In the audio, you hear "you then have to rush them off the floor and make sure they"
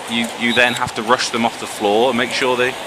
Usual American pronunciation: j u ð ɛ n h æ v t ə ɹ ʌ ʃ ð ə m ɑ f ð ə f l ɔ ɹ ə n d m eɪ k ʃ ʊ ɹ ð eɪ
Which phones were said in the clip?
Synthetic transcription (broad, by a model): j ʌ ð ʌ n h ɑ f t ə ɹ ʌ ʃ ð ə m ɑ f ð ə f l ɔ ɹ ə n m eɪ k ʃ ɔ ð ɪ